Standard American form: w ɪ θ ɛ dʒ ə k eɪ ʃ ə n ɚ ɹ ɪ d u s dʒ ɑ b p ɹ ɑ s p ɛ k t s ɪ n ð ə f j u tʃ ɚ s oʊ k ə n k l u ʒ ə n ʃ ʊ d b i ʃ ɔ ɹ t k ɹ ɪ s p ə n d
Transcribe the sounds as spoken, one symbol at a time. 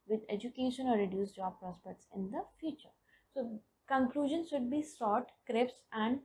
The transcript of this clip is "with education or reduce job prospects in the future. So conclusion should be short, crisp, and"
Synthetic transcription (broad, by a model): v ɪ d ɛ dʒ ə k eɪ ʃ ə n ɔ ɹ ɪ d u s dʒ ɑ b p ɹ ɑ s p ɛ k t s ɪ n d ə f j u tʃ ɚ s oʊ k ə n k l u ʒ ə n ʃ ʊ d b i s ɔ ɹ t k ɹ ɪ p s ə n d